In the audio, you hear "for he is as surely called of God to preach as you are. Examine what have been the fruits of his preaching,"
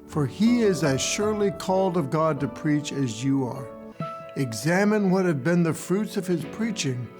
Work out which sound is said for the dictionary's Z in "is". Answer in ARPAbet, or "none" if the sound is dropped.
Z